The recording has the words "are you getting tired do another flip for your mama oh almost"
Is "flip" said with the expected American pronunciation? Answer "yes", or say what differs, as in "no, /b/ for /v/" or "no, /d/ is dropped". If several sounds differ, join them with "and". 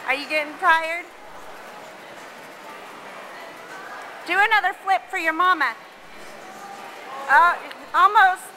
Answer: yes